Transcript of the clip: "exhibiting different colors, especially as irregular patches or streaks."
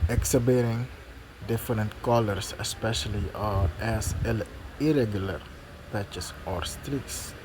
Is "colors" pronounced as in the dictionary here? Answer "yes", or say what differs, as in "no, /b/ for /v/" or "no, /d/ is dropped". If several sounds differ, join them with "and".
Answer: no, /s/ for /z/